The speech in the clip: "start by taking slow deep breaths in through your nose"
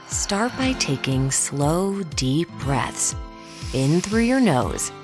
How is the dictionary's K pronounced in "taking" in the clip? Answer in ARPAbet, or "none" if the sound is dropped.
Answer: K